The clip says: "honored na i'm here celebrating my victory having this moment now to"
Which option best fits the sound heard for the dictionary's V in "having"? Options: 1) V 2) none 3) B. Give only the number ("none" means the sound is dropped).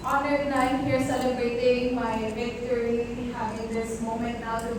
2